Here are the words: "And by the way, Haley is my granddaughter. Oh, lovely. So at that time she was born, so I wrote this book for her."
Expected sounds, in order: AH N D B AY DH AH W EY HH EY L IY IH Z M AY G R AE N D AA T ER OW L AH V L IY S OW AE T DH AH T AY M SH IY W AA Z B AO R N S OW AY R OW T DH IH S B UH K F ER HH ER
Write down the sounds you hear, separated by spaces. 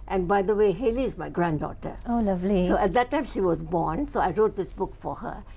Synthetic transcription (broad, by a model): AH N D B AY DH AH W EY HH EY L IY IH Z M AY G R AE N D AA T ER OW L AH V L IY S OW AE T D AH T AY M SH IY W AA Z B AO N S OW AY R OW T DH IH S B UH K F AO HH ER